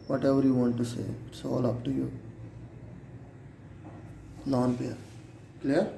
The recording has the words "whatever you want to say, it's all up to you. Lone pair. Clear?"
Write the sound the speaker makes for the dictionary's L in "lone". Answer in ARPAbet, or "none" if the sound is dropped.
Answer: N